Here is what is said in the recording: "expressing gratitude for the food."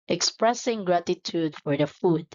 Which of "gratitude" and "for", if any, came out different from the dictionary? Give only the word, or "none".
none